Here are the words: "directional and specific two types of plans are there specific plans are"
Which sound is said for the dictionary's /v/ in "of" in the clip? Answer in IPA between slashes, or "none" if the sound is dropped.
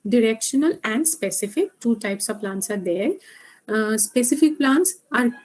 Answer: /v/